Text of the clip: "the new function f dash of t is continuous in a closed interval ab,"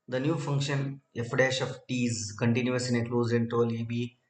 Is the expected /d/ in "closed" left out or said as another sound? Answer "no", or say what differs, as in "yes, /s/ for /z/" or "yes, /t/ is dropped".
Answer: yes, /d/ is dropped